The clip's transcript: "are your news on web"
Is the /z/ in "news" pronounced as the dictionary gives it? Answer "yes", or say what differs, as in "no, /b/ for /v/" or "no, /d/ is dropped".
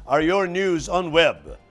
yes